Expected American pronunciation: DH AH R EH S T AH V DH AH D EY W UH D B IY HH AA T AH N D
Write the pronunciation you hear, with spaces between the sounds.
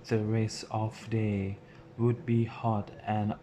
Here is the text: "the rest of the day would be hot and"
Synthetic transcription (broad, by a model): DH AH R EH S AH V D EY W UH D B IY HH AA T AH N